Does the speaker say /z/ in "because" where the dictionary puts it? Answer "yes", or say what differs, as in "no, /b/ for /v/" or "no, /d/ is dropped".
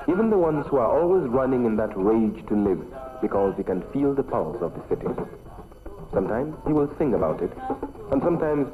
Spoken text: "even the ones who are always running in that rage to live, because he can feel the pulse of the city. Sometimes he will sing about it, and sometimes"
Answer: yes